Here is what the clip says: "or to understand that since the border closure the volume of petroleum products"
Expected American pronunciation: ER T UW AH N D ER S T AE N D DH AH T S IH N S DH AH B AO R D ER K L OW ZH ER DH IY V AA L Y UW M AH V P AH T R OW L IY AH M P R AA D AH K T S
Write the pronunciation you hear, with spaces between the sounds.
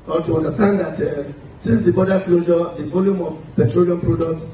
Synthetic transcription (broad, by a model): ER T UW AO N D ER S T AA N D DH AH T S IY N S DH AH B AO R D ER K L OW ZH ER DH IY V AA L Y UW M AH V P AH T R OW L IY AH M P R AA D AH K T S